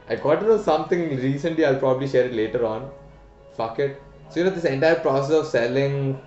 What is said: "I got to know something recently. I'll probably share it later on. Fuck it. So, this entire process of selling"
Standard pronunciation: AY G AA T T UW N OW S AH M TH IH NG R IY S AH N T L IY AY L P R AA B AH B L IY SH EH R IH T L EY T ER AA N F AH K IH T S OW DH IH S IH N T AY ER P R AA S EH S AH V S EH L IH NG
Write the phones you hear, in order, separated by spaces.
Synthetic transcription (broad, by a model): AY G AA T T UW N OW S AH M T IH NG R IY S AH N T L IY AY L P R AA B AH B L IY SH EH R IH T L EY T ER AA N F AH K IH T S OW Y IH S IH N T AY ER P R AA S EH S AH V S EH L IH NG